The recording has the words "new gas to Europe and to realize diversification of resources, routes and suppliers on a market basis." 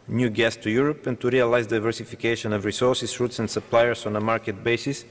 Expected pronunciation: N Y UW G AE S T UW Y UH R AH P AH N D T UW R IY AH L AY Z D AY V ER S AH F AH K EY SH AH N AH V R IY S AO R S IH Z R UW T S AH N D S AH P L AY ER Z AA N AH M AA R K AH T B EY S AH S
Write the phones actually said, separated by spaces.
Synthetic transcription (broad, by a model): N Y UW G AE S T UW Y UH R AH P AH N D T UW R IY AH L AY Z D AY V ER S AH F AH K EY SH AH N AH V R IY S AO R S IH S R UW T S AH N D S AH P L AY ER S AA N AH M AA R K AH T B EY S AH S